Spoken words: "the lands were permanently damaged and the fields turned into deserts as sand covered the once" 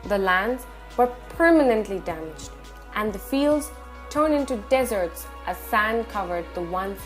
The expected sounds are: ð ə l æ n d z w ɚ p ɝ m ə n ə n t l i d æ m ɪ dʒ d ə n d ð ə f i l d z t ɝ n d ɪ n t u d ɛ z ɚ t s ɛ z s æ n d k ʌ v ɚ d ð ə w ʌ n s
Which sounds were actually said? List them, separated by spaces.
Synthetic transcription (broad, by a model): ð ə l æ n d z w ɚ p ɝ m ə n ə n t l i d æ m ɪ dʒ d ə n ð ə f i l d z t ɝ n ɪ n t u d ɛ z ɚ t s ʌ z s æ n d k ʌ v ɚ d ð ə w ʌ n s